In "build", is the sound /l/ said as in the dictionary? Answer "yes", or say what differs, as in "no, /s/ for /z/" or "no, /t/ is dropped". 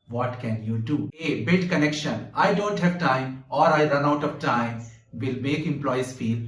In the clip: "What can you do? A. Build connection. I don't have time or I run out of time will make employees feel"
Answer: no, /l/ is dropped